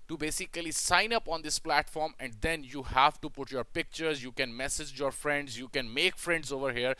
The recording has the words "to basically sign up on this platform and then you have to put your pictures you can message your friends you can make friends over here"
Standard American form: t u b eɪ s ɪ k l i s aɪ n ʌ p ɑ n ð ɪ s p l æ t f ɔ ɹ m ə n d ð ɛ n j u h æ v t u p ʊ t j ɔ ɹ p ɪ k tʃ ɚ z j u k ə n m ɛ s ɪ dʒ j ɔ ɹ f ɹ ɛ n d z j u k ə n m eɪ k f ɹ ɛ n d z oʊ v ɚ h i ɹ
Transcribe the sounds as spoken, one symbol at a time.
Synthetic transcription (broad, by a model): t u b eɪ s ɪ k l i s aɪ n ʌ p ɑ n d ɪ s p l æ t f ɔ ɹ m ə n d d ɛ n j u h æ v t u p ʊ t j ɔ ɹ p ɪ k tʃ ɚ z j u k ə n m ɛ s ɪ dʒ j ɔ ɹ f ɹ ɛ n d z j u k ə n m eɪ k f ɹ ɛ n d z oʊ v ɚ h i ɹ